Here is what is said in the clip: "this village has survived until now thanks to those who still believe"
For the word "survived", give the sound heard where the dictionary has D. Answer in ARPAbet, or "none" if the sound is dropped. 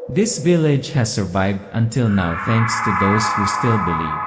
D